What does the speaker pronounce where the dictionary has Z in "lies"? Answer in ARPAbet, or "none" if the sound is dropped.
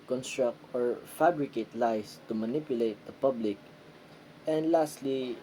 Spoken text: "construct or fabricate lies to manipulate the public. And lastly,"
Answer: S